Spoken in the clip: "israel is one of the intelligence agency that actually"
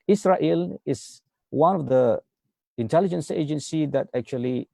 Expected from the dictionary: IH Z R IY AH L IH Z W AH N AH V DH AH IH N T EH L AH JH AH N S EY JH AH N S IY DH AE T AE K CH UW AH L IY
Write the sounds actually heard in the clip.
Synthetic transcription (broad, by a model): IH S R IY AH L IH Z W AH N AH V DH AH IH N T EH L AH JH AH N S EY JH AH N S IY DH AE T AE K CH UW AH L IY